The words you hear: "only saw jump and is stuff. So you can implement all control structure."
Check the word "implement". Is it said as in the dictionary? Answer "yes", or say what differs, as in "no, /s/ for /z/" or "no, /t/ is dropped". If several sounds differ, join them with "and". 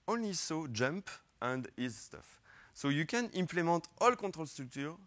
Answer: no, /n/ is dropped